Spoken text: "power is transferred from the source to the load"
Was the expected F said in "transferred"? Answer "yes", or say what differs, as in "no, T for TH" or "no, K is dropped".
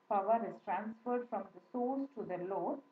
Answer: yes